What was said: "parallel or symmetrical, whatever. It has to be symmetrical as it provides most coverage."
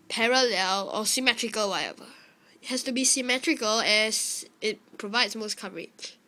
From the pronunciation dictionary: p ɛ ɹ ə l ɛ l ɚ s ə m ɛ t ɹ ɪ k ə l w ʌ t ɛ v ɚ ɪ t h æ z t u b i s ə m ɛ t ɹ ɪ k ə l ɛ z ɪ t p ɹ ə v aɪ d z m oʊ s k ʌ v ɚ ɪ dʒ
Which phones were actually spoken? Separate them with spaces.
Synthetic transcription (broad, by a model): p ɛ ɹ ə l ɛ l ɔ s ə m ɛ t ɹ ɪ k ə l w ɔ t ɛ v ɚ ɪ t h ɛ s t u b i s ə m ɛ t ɹ ɪ k ə l ɛ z ɪ t p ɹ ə v aɪ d s m oʊ s k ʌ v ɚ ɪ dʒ